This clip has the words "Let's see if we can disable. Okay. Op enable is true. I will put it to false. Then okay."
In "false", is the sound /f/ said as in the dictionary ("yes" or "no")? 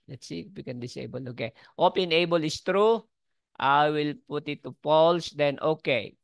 no